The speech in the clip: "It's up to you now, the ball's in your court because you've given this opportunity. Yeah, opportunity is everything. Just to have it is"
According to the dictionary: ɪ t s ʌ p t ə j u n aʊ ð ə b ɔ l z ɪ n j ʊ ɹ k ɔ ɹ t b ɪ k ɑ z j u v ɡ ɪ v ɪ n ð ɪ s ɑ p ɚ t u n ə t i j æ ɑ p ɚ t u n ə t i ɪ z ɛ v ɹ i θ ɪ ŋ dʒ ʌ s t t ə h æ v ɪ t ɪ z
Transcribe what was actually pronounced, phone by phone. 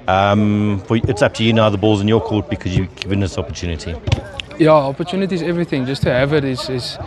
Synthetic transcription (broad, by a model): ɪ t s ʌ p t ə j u n aʊ ð ə b ɔ l z ɪ n j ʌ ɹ k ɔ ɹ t b ɪ k ɑ z j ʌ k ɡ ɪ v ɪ n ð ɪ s ɑ p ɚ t u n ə t i j æ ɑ p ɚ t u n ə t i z ɛ v ɹ i θ ɪ ŋ dʒ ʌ s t t ə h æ v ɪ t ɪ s